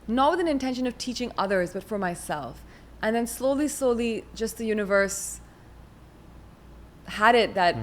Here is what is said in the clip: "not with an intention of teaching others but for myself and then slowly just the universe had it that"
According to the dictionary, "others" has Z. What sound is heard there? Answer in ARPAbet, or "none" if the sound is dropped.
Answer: Z